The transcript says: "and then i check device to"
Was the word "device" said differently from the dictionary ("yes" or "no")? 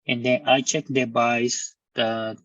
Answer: yes